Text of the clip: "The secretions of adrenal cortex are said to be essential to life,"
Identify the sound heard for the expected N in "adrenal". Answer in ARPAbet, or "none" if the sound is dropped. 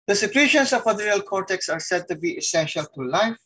none